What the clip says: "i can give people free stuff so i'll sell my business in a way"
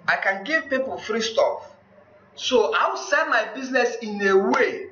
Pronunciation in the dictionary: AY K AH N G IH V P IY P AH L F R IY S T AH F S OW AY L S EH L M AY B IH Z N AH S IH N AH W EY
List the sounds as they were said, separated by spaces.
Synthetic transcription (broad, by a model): AY K AH N G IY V P IY P AH L F R IY S T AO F S OW AY W S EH N M AY B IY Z N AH S IH N AH W EY